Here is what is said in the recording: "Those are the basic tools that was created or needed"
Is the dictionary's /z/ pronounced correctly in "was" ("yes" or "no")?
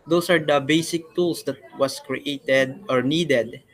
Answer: no